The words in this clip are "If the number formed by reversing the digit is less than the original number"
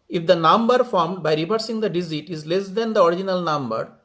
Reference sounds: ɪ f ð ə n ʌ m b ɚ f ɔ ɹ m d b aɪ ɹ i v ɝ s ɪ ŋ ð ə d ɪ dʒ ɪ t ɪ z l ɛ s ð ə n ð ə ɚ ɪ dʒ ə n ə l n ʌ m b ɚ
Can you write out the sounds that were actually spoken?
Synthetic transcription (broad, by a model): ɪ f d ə n ʌ m b ɚ f ɔ ɹ m d b aɪ ɹ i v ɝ s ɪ ŋ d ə d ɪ z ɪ t ɪ z l ɛ s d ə n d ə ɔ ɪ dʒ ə n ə l n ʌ m b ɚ